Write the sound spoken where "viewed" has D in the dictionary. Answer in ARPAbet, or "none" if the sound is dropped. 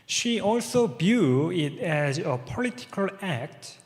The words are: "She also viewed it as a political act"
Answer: none